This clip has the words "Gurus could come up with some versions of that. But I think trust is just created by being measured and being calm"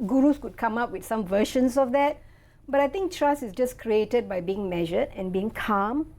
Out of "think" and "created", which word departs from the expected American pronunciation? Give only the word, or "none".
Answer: think